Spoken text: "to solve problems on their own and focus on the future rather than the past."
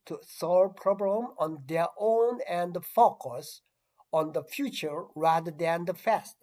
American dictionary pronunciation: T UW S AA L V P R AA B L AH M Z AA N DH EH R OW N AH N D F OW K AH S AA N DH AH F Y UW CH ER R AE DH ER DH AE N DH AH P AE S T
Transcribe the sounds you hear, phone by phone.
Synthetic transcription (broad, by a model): T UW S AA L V P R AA B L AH M AA N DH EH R OW N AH N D F OW K AH S AA N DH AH F Y UW CH ER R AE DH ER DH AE N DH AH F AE S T